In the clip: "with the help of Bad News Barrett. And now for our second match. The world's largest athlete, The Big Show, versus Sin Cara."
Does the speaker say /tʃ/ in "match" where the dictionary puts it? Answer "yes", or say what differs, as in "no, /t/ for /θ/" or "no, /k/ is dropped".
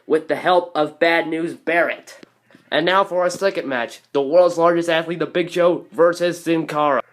yes